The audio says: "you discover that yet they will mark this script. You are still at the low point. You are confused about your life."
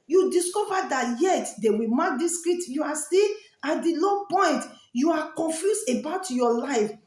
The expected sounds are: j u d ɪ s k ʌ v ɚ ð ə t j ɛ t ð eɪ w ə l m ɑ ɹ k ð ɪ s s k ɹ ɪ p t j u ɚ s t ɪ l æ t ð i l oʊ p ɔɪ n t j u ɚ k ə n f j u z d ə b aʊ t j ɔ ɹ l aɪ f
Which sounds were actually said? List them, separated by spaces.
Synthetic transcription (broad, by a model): j u d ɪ s k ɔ v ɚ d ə t j ɛ t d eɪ w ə m ɑ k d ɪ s s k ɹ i t j u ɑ s t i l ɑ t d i l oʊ p ɔɪ n t j u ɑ k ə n f j u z ə b aʊ t j ɔ l aɪ f